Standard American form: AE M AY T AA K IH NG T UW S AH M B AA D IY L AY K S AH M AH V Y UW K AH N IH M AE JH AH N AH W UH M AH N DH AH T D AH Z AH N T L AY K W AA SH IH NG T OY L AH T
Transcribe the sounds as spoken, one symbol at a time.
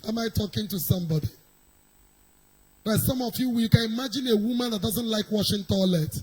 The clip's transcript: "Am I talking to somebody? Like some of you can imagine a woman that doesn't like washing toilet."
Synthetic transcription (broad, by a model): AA M AY T AA K IH NG T UW S AH M B AA D IY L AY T S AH M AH W Y UW K AH N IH M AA JH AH N AH W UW M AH N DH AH T D AH Z AH N T L AY K W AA SH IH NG T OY L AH T